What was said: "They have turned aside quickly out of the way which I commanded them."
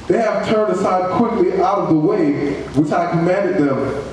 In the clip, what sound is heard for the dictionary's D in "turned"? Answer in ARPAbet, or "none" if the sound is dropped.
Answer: D